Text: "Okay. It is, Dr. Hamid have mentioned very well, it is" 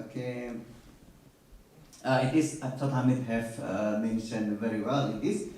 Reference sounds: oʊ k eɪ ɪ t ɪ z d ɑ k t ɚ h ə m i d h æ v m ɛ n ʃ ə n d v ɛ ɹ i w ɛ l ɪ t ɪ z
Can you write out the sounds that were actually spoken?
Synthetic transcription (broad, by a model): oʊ k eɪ ɪ t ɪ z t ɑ t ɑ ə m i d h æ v m ɛ n ʃ ə n d v ɛ ɹ i w ɛ l ɪ t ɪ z